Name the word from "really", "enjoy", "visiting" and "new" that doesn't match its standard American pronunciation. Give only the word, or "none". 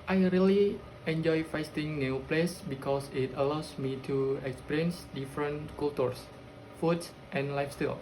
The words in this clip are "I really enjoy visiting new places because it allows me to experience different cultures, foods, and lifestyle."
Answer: visiting